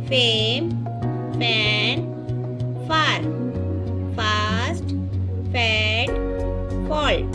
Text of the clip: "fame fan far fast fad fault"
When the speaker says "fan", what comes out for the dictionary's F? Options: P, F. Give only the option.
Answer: P